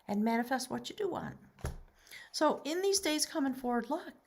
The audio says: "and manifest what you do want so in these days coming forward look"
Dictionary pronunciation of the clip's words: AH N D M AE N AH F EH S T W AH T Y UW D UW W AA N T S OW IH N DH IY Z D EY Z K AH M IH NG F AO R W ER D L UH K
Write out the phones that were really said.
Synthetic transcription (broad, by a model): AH N M AE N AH F EH S T W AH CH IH D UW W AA N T S OW IH N DH IY Z D EY Z K AH M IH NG F AO R W ER D L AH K